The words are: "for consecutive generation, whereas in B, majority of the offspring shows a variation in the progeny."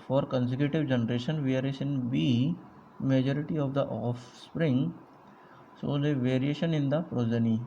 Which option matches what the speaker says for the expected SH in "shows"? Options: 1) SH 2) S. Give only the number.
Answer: 2